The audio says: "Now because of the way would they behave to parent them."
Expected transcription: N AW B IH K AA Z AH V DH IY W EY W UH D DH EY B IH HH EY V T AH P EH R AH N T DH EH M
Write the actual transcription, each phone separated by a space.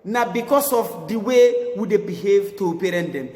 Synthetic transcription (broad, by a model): N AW B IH K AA S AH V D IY W EY W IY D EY B IH HH EY V T AH P EH R AH N T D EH M